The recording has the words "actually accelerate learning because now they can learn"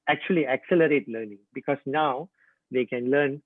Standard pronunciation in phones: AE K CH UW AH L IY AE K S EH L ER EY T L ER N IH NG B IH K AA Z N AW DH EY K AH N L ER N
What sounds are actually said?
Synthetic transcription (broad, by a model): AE K CH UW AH L IY AE K S EH L ER EY T L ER N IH NG B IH K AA S N AW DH EY K AH N L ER N